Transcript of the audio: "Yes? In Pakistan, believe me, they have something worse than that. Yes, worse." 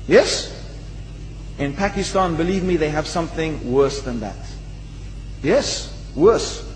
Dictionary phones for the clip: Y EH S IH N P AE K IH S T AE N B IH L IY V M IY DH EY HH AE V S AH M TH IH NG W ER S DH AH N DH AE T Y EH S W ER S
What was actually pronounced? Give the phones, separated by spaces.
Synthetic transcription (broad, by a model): Y EH S IH N P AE K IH S T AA N B IH L IY V M IY DH EY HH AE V S AH M TH IH NG W ER S DH AH N DH AE T Y EH S W ER S